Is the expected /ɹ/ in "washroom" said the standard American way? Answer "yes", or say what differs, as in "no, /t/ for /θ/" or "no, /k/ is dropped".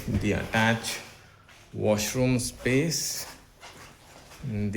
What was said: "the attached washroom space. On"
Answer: yes